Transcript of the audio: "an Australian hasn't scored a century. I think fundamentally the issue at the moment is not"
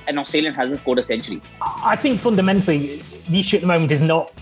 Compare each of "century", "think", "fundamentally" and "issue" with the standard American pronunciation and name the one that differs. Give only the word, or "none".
none